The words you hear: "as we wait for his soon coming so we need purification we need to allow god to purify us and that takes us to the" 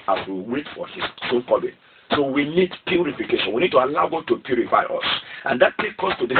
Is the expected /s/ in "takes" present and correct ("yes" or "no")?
no